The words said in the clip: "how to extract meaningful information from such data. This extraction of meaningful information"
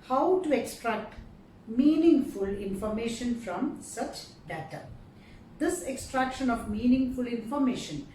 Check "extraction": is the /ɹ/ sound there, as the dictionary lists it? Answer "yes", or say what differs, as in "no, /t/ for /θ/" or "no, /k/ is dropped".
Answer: yes